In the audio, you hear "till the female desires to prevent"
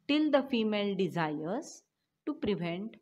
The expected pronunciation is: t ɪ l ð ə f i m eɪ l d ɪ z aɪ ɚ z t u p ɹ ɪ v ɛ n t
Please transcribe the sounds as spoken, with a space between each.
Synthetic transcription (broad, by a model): t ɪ l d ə f i m eɪ l d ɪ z aɪ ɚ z t u p ɹ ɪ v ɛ n t